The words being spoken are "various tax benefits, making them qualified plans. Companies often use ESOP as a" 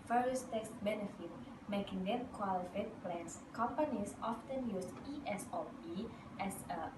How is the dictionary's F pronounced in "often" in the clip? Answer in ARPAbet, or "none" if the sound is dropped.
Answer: F